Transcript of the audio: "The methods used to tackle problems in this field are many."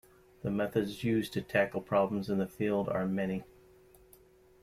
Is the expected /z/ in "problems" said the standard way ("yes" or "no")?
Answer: yes